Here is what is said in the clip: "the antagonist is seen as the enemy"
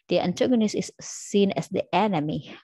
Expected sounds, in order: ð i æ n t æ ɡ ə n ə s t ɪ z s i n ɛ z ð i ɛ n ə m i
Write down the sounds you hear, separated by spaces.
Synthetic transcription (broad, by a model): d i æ n t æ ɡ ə n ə s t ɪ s s i n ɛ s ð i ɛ n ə m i